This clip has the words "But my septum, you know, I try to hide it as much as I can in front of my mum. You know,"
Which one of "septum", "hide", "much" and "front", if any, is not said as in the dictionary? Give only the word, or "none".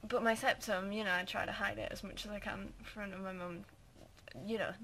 front